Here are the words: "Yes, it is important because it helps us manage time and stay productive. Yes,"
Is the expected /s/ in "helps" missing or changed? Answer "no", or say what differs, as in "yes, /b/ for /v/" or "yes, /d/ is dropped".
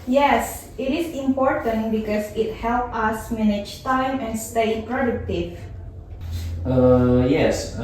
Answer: yes, /s/ is dropped